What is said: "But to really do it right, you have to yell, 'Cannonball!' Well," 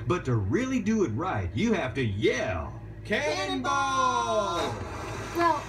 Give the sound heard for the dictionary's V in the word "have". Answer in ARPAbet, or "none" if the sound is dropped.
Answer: F